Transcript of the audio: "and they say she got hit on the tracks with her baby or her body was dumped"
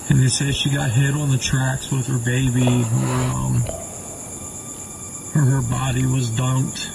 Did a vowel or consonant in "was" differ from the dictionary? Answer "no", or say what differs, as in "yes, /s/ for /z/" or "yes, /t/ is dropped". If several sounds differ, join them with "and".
no